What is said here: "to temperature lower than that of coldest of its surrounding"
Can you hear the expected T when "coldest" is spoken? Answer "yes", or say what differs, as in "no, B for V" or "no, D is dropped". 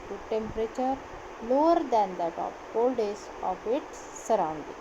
no, T is dropped